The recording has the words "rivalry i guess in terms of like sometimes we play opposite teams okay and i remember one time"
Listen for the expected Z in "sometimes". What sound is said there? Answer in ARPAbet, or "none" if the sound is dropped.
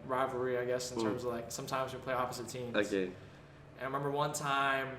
Z